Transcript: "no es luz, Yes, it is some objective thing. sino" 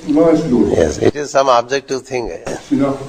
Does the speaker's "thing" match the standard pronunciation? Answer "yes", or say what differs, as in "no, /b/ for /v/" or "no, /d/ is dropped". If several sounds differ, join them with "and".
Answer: no, /t/ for /θ/